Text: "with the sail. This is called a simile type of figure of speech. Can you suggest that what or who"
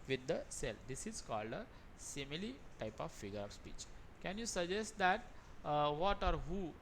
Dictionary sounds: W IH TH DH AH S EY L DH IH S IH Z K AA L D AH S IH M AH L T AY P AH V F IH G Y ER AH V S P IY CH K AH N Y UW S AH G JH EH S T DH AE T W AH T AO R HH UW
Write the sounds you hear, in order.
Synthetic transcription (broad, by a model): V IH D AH S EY L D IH S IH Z K AA L D AH S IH M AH L T AY P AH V F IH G ER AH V S P IY CH K AH N Y UW S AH JH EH S T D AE T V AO T AO R HH UW